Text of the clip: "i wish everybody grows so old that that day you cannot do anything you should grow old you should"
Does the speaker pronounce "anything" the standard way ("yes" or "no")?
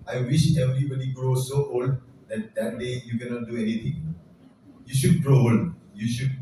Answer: no